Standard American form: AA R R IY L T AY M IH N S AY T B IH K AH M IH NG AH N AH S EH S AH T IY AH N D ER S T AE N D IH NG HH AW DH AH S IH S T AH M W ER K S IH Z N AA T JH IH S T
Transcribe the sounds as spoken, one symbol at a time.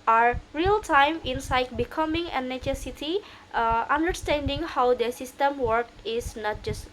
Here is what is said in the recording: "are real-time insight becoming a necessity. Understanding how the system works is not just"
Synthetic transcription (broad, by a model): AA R R IY L T AY M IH N S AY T B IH K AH M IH NG AH N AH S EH S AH T IY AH N D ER S T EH N D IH NG HH AW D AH S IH S T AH M W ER K IH S N AA T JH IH S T